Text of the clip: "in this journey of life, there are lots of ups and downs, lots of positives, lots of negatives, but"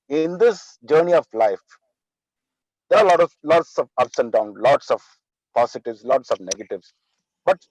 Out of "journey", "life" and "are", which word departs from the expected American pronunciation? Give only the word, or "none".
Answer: are